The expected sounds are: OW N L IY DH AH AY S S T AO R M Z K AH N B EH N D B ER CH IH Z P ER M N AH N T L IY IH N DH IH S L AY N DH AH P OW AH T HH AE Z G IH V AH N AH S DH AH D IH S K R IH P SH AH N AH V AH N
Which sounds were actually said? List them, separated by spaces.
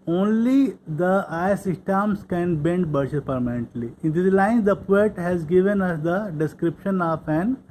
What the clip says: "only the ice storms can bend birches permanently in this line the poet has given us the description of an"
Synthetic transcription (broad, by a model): OW N L IY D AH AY S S T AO M S K AH N B EH N D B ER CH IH S P ER M N AH N T L IY IH N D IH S L AY N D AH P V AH T HH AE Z G IH V AH N AH S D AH D IH S K R IH P SH AH N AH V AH N